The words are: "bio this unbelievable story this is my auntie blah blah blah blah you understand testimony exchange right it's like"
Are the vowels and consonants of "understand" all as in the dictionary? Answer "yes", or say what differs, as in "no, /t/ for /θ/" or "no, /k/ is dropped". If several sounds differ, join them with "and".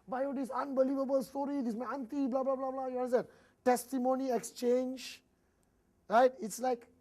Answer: no, /s/ is dropped